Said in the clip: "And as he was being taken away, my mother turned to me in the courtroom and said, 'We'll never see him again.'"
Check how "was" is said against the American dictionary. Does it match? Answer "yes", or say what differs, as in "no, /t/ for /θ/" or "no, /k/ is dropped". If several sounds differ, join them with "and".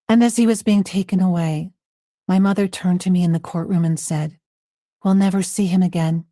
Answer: yes